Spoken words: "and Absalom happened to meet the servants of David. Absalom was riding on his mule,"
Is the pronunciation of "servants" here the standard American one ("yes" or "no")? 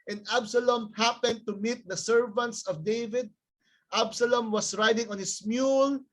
yes